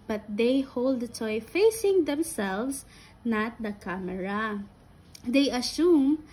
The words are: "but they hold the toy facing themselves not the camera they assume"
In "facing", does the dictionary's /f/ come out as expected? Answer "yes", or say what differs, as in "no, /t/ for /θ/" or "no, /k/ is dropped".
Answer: yes